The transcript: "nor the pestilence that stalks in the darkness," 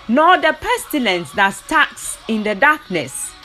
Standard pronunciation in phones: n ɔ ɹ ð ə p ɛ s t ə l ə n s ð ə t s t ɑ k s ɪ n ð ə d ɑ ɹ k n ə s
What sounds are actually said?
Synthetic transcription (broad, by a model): n ɔ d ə p ɛ s t ə l ə n s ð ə t s t ɑ k s ɪ n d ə d ɑ k n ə s